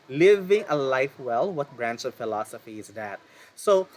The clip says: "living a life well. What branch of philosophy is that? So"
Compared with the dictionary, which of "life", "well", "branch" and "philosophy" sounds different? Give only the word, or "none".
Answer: branch